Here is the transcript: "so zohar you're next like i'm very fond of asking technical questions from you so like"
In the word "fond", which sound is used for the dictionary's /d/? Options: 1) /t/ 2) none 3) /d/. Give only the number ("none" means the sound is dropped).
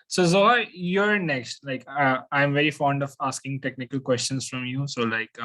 3